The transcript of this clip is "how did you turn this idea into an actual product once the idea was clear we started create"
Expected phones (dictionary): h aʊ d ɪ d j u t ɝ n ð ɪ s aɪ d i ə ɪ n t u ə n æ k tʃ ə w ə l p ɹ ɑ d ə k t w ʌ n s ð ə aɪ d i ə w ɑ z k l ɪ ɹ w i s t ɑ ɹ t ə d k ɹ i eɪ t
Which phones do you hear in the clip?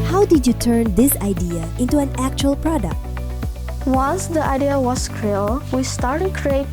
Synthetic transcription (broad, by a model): h aʊ d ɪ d j u t ɝ n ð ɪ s aɪ d i ə ɪ n t u ə n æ k tʃ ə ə l p ɹ ɑ d ə k t w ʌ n s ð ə aɪ d i ə w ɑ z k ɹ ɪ l w i s t ɑ ɹ t ə d k ɹ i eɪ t